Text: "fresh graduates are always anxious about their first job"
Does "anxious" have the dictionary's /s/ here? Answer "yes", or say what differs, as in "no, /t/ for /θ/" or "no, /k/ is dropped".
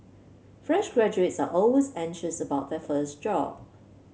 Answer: yes